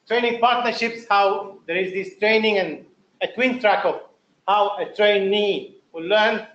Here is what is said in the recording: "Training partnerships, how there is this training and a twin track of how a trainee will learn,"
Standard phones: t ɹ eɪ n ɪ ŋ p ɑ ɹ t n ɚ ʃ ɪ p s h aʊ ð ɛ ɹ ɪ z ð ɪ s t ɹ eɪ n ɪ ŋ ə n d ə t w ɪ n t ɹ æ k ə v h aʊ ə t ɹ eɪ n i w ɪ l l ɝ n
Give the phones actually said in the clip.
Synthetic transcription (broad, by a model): t ɹ eɪ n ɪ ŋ p ɑ ɹ t n ɚ ʃ ɪ p s h aʊ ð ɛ ɹ ɪ z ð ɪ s t ɹ eɪ n ɪ ŋ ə n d ə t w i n t ɹ æ k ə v h aʊ ə t ɹ eɪ n i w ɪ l l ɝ n